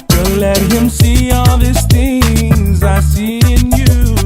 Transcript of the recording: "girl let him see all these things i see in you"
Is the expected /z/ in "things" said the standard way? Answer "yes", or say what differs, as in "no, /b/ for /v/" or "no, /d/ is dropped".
yes